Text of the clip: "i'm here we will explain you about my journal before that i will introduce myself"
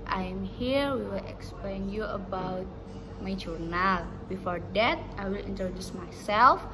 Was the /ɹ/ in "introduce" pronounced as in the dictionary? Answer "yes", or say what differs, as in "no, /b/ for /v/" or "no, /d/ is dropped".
no, /ɹ/ is dropped